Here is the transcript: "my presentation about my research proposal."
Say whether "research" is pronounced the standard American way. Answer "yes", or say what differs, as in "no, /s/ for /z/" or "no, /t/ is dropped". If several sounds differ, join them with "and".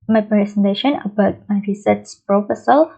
no, /s/ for /tʃ/